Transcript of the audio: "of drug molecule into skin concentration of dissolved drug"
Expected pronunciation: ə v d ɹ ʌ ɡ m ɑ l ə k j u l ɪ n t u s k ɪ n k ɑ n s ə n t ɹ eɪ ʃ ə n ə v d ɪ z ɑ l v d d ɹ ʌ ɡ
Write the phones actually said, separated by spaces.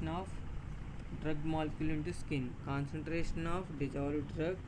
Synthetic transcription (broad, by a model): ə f d ɹ ʌ ɡ m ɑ l k j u l ɪ n t u s k ɪ n k ɑ n s ə n t ɹ eɪ ʃ ə n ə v d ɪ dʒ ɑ v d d ɹ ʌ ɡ